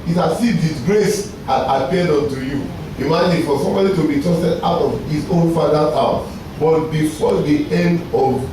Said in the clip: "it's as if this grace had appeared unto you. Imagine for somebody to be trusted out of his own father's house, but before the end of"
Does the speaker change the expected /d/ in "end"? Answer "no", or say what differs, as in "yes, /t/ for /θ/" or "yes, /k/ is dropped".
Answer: no